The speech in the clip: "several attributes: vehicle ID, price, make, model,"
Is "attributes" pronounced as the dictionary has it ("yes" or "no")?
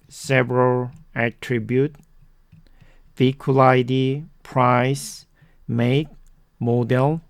no